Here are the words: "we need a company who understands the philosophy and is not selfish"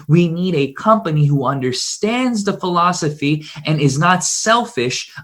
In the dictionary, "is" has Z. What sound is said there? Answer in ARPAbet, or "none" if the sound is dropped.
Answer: Z